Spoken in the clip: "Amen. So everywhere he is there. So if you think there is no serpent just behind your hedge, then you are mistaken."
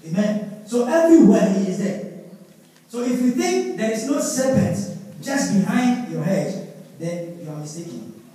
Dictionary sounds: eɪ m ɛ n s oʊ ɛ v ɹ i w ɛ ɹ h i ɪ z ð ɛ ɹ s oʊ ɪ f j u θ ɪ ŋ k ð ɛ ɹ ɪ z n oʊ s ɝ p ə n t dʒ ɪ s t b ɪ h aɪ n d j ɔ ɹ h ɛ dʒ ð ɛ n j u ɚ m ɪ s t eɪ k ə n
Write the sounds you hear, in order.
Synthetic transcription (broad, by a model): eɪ m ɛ n s oʊ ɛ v ɹ i w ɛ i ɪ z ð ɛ s oʊ ɪ f j u θ ɪ ŋ k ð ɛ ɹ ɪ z n oʊ s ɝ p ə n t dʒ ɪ s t b ɪ h aɪ n d j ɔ h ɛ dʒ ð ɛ n j u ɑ m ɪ s t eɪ k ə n